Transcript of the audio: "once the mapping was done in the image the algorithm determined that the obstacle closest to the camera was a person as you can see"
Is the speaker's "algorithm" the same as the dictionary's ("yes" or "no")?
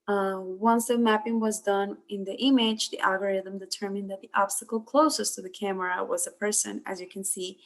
yes